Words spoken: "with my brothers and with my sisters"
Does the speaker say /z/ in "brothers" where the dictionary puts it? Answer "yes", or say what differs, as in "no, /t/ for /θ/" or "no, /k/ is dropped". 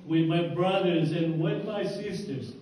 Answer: yes